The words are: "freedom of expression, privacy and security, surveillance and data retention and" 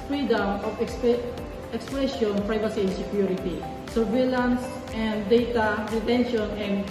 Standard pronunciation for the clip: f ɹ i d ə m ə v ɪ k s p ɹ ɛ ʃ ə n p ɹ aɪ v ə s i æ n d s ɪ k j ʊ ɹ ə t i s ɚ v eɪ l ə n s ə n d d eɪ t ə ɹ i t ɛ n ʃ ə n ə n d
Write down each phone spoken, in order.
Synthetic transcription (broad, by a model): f ɹ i d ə m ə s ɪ k s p ɛ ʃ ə n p ɹ aɪ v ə s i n s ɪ k j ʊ ɹ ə t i s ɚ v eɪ l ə n s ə n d d eɪ t ə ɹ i t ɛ n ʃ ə n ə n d